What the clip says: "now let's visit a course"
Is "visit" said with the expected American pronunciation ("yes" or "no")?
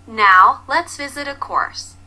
yes